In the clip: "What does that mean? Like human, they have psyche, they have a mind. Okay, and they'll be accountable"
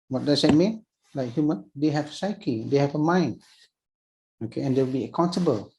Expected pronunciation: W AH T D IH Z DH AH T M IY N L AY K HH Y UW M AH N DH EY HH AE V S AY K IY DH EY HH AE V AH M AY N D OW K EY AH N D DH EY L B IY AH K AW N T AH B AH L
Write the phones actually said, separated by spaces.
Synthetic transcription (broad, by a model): W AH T D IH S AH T M IY N L AY K HH Y UW M AH N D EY HH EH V S AY K IY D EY HH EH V AH M AY N OW K EY AH N D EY W B IY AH K AW N T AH B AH L